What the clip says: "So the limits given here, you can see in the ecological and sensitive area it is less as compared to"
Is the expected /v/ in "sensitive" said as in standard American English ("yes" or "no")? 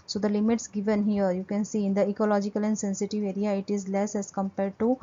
yes